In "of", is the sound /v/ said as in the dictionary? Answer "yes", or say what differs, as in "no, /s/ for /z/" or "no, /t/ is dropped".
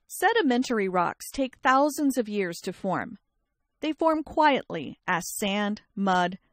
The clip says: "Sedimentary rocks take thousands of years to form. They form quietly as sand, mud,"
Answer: yes